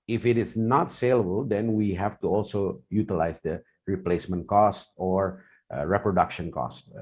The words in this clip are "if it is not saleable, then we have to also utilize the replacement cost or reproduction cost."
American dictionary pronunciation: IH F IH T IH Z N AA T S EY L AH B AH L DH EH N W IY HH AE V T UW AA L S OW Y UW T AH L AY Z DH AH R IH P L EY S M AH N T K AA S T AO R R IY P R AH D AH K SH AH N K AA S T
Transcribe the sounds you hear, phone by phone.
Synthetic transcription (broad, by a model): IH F IH T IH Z N AA T S EY L AH B AH L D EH N W IY HH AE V T UW AA L S OW Y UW T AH L AY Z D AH R IH P L EY S M AH N T K AA S T AO R R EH P R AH D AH K SH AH N K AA S T